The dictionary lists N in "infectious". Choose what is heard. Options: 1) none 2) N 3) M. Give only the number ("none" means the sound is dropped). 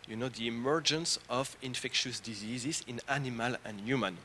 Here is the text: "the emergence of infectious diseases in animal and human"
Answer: 2